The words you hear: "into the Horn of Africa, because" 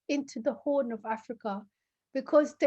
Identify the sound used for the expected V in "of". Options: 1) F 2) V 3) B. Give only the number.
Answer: 2